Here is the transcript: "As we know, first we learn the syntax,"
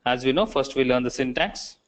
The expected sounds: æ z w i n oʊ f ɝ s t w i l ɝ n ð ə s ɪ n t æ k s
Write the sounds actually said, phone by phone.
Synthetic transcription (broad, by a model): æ z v i n oʊ f ɝ s t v i l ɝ n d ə s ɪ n t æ k s